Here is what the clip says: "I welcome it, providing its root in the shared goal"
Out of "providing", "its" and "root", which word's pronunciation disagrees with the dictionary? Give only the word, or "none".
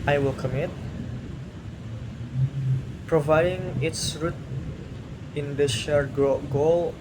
none